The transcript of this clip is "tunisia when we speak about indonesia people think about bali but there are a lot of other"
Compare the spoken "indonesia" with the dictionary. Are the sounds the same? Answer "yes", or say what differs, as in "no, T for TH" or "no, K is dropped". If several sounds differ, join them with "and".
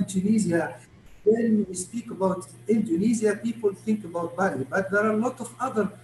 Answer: no, Z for ZH